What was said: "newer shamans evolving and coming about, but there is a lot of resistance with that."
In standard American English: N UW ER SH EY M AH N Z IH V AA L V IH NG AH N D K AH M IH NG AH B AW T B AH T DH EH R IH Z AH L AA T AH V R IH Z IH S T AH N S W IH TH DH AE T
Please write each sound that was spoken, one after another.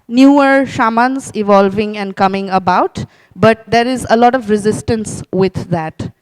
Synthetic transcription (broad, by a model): N UW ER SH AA M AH N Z IH V AA L V IH NG AH N D K AH M IH NG AH B AW T B AH T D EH R IH Z AH L AA T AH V R IH Z IH S T AH N S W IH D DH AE T